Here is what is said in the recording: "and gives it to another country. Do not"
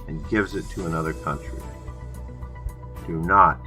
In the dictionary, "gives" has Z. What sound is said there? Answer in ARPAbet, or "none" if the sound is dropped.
Z